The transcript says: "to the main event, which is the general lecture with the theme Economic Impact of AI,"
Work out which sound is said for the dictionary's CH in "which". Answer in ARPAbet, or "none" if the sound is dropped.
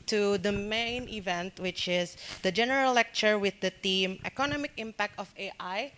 CH